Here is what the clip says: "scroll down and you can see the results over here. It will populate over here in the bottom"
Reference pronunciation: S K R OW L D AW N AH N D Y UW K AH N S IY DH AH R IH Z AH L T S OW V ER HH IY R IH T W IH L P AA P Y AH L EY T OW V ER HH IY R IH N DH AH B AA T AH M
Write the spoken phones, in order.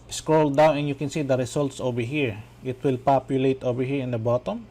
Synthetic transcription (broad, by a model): S K R OW L D AW N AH N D Y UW K AH N S IY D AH R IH S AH L T S OW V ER HH IY R IH T W IH L P AA P Y AH L EY T OW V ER HH IY R IH N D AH B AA T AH M